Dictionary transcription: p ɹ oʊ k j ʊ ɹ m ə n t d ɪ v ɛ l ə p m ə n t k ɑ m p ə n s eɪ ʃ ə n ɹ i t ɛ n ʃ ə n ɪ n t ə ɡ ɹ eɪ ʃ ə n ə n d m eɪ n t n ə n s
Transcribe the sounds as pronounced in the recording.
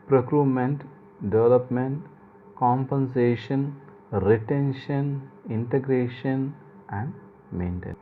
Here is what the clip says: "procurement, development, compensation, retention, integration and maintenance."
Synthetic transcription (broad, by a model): p ɹ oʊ k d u m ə n t d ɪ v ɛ l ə p m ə n t k ɑ m p ə n s eɪ ʃ ə n ɹ i t ɛ n ʃ ə n ɪ n t ə ɡ ɹ eɪ ʃ ə n ə n d m eɪ n t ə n